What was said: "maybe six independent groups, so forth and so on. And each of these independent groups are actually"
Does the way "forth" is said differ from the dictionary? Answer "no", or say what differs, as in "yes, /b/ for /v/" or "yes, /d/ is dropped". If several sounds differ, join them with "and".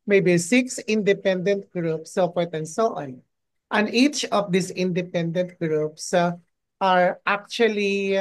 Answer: yes, /t/ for /θ/